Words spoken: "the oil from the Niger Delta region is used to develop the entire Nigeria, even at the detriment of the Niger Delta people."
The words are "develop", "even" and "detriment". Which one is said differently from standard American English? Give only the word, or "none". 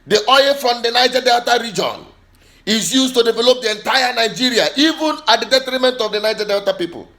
none